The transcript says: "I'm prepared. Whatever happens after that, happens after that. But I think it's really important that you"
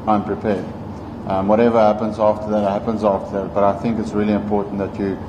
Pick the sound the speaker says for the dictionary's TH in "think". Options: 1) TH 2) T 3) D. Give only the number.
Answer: 1